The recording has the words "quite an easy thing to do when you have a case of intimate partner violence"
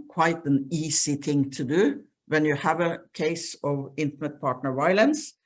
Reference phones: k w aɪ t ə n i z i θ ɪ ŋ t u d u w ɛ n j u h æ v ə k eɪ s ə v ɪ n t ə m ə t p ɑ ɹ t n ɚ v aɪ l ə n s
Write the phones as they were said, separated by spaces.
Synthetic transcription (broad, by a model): k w aɪ t ə n i s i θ ɪ ŋ t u d u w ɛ n j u h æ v ə k eɪ s ə v ɪ n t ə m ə t p ɑ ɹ t n ɚ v aɪ l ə n s